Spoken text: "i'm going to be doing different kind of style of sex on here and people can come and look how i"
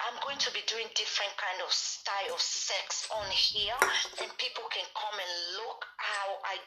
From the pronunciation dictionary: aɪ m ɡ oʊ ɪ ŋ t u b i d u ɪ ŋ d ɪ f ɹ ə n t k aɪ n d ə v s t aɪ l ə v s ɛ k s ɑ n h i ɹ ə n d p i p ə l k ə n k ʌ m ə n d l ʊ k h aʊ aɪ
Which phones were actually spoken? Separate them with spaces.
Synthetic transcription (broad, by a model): aɪ m ɡ oʊ ɪ ŋ t u b i d u ɪ ŋ d ɪ f ɹ ə n t k aɪ n d ə v s t aɪ l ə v s ɛ k s ɑ n h i ɹ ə n p i p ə l k ə n k ʌ m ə n l ʊ k h aʊ aɪ